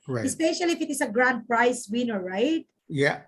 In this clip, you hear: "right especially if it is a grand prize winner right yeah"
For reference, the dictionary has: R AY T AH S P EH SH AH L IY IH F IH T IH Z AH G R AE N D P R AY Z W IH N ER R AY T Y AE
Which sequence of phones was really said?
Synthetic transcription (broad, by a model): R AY AH S P EH SH AH L IY IH F IH T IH S AH G R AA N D P R AY S W IH N ER R AY T Y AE